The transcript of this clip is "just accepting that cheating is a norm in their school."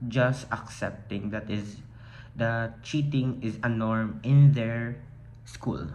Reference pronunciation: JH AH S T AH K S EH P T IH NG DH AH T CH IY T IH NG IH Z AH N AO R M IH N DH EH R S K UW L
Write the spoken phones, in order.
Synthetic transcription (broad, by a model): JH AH S T AH K S EH P T IH NG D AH T CH IY T IH NG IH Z AH N AO R M IH N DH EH R S K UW L